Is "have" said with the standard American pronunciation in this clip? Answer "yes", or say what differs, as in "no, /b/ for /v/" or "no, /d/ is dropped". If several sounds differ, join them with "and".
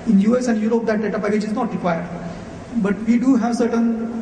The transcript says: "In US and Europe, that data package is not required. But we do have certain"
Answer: yes